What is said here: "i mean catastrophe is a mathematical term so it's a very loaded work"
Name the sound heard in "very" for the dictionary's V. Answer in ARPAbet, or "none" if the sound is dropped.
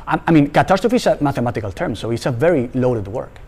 V